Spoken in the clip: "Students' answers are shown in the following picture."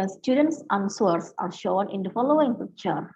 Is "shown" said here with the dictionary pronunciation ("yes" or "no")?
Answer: yes